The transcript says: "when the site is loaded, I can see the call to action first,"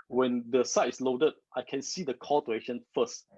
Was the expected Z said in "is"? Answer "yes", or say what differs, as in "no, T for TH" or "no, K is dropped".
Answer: no, S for Z